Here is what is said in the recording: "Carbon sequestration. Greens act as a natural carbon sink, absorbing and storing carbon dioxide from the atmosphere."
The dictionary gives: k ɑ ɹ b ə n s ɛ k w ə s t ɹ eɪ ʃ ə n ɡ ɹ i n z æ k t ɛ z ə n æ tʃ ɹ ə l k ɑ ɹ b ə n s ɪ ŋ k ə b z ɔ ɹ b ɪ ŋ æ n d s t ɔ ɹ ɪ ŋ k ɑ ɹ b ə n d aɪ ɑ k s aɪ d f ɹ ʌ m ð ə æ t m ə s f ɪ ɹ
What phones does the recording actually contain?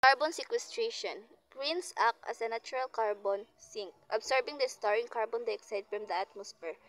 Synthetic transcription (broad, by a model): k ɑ ɹ b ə n s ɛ k w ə s t ɹ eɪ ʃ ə n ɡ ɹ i n s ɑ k ʌ s ə n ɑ tʃ ɹ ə l k ɑ ɹ b ə n s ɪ ŋ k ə b s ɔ ɹ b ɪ ŋ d s t ɔ ɹ ɪ ŋ k ɑ ɹ b ə n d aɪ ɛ k s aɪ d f ɹ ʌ m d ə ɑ t m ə s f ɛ ɹ